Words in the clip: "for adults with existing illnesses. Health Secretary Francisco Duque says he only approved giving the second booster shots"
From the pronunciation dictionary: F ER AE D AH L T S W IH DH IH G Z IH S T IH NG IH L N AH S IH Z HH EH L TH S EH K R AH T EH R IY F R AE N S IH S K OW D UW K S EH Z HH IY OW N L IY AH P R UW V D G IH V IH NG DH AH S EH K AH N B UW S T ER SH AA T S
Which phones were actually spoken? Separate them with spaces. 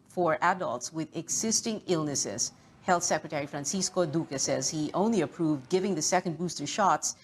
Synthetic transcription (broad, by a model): F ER AE D AH L T S W IH DH IH G Z IH S T IH NG IH L N AH S IH Z HH EH L TH S EH K R AH T EH R IY F R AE N S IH S K OW D UW K S EH Z HH IY OW N L IY AH P R UW V D G IH V IH NG DH AH S EH K AH N B UW S T ER SH AA T S